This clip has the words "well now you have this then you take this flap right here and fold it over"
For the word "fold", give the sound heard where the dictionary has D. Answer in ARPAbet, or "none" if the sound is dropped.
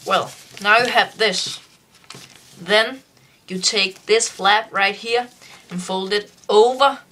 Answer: D